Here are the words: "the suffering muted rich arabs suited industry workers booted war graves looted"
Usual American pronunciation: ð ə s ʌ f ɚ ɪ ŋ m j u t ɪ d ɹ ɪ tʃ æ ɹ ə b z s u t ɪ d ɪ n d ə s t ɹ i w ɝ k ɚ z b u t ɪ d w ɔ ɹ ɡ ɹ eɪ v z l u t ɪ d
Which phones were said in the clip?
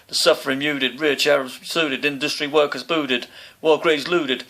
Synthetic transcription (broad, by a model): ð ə s ʌ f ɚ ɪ m j u t ɪ d ɹ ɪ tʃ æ ɹ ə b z s u t ɪ d ɪ n d ə s t ɹ i w ɝ k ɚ z b u t ɪ d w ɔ l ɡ ɹ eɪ z l u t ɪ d